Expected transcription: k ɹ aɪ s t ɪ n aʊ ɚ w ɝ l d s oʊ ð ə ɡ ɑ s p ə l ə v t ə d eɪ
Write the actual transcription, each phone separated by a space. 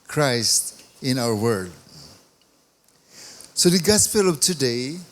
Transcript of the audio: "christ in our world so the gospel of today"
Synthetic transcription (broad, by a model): k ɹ aɪ s t ɪ n aʊ ɚ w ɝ d s oʊ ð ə ɡ ɑ s p ə l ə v t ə d eɪ